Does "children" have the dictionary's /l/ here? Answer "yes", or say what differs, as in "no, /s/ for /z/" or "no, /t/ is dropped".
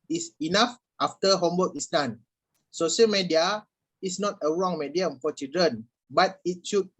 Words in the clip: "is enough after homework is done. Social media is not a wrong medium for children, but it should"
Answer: no, /l/ is dropped